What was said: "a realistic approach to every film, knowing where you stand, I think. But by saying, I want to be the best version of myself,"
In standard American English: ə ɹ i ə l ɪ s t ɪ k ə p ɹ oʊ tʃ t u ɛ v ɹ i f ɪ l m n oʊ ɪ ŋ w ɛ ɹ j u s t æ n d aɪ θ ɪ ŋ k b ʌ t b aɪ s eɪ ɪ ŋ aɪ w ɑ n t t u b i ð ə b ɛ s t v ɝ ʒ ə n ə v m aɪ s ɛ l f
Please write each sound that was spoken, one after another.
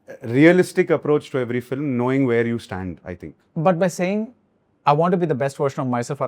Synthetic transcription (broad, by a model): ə ɹ i ə l ɪ s t ɪ k ə p ɹ oʊ tʃ t u ɛ v ɹ i f ɪ l m n oʊ ɪ ŋ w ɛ ɹ j u s t æ n d aɪ t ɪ ŋ k b ʌ t b aɪ s eɪ ɪ ŋ aɪ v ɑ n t t u b i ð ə b ɛ s t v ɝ ʃ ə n ə v m aɪ s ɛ l f